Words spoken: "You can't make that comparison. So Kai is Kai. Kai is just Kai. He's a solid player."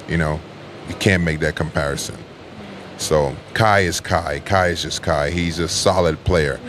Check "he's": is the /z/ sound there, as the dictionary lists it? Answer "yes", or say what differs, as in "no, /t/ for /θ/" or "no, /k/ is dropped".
yes